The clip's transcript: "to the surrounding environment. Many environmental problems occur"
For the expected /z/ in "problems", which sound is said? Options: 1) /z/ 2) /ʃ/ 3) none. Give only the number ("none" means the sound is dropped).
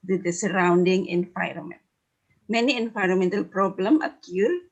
3